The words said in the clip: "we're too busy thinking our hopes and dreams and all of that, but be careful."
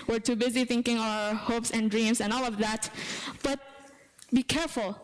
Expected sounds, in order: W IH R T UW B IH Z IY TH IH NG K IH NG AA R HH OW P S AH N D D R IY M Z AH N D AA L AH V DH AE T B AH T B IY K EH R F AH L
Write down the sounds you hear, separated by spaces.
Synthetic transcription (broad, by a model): W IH R T UW B IH Z IY TH IH NG K IH NG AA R HH OW P S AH N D D R IY M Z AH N AA L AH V DH AE T B AH T B IY K EH R F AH L